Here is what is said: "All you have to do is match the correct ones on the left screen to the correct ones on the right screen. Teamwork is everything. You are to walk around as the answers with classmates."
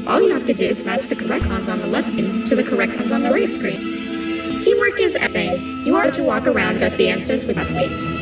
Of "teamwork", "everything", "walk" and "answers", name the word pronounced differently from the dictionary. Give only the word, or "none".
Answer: everything